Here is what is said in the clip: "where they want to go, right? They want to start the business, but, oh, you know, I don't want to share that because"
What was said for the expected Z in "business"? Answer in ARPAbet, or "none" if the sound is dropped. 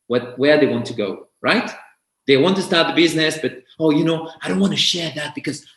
Z